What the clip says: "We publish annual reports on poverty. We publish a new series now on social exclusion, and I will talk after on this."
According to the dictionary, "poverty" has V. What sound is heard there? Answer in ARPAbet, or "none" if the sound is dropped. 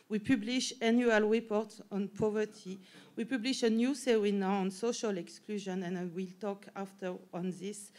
V